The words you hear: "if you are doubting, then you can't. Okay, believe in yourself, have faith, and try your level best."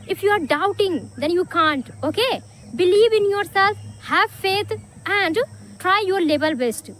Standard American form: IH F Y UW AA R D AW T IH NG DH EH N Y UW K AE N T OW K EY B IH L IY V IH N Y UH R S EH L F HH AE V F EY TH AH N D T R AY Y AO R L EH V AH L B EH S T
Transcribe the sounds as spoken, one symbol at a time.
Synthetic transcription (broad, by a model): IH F Y UW AA R D AW T IH NG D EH N Y UW K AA N T OW K EY B IH L IY V IH N Y UH R S EH L F HH AE V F EY T AH N D T R AY Y AO R L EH B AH L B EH S T